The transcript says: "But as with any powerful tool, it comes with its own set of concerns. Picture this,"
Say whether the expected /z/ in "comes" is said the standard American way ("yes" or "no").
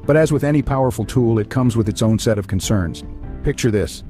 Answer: yes